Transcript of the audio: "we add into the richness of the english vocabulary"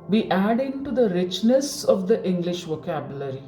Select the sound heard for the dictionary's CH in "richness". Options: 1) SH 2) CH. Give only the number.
2